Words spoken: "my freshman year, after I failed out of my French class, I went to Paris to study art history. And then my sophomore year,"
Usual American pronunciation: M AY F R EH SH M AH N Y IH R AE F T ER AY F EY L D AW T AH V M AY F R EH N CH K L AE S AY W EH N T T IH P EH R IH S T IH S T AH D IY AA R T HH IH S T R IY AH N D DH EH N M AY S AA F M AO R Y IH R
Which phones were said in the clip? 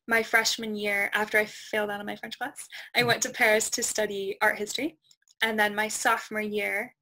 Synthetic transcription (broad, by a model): M AY F R EH SH M AH N Y IH R AE F T ER AY F EY L D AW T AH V M AY F R EH N CH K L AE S AY W EH N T T IH P EH R IH S T IH S T AH D IY AA R T HH IH S T R IY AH N DH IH N M AY S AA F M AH R Y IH R